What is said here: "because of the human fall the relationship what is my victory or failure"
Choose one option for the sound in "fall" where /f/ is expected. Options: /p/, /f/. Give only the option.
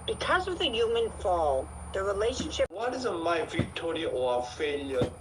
/f/